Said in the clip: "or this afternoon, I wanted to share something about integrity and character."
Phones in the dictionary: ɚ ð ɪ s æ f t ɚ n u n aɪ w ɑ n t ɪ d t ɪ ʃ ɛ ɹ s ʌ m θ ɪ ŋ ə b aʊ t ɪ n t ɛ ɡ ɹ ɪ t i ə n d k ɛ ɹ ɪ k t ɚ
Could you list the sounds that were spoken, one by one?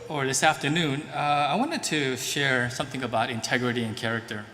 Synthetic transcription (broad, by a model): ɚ ð ɪ s æ f t ɚ n u n aɪ w ɑ n t ɪ d t ɪ ʃ ɛ ɹ s ʌ m θ ɪ ŋ ə b aʊ t ɪ n t ɛ ɡ ɹ ɪ t i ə n k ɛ ɹ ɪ k t ɚ